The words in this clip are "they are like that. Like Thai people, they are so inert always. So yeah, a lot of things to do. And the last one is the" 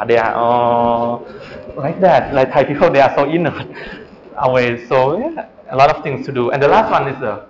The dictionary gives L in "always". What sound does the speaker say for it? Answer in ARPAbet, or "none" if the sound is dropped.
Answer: none